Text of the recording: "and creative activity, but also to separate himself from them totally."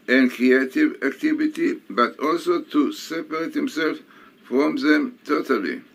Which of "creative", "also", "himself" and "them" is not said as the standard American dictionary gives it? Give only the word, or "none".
none